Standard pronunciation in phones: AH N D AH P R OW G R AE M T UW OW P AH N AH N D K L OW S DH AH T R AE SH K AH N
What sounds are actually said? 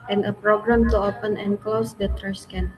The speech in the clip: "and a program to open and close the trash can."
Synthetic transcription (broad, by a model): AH N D AH P R OW G R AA M T UW OW P AH N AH N K L OW S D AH T R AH S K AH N